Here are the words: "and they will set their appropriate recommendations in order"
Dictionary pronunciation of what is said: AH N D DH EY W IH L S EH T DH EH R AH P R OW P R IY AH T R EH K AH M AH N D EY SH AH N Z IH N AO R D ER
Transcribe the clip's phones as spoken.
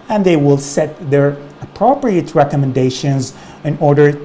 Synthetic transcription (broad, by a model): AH N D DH EY W IH L S EH T DH EH R AH P R OW P R IY AH T R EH K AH M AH N D EY SH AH N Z IH N AO R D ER